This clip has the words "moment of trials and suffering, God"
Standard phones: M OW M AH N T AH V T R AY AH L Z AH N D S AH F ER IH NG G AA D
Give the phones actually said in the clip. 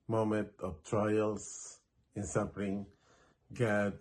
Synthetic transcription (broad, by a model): M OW M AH N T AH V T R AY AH L S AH N S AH P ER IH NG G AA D